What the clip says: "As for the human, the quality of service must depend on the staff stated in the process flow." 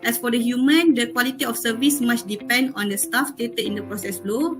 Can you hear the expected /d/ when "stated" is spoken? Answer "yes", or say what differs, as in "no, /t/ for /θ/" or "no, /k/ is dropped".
no, /d/ is dropped